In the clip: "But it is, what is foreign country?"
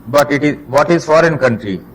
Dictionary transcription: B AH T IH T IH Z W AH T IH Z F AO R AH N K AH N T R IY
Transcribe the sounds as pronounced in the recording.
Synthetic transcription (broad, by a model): B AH T IH T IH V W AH T IH Z F AO R AH N K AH N T R IY